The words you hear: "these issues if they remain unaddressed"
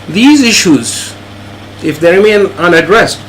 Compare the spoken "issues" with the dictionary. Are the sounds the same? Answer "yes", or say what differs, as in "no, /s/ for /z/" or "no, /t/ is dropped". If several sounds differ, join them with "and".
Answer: yes